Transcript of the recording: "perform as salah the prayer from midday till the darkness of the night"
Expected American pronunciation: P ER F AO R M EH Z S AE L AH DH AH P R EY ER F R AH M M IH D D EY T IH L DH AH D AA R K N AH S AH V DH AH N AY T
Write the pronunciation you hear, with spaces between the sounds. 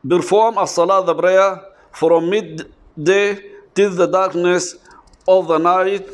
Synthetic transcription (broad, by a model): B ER F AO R M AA S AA L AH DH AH B R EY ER F R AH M M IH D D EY T IH L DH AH D AA R K N AH S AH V DH AH N AY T